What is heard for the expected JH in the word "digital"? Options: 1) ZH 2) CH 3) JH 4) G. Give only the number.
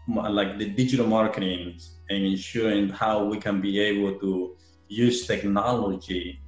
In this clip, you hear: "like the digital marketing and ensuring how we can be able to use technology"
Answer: 3